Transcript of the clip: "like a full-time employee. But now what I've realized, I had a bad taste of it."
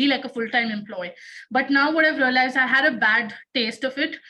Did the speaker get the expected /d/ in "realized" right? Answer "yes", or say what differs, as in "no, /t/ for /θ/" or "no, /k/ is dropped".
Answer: no, /d/ is dropped